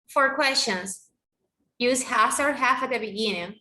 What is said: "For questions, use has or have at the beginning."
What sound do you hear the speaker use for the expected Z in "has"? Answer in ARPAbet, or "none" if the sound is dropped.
S